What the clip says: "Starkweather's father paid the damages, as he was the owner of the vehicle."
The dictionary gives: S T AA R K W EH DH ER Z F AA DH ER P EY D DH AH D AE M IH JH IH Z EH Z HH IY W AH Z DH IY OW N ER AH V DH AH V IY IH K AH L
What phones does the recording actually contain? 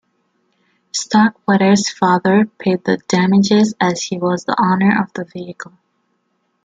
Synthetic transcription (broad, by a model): S T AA K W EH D ER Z F AA DH ER P EY D DH AH D AE M IH JH IH Z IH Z HH IY W AH Z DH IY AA N ER AH V DH AH V IY IH K AH L